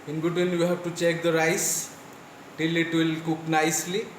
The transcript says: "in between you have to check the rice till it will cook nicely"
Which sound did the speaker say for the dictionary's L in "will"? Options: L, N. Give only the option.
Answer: L